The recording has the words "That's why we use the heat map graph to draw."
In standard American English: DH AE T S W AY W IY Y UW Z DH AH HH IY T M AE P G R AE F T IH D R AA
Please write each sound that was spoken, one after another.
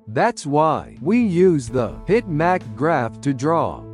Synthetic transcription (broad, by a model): DH AE T S W AY W IY Y UW Z DH AH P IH T M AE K G R AE F T IH D R AA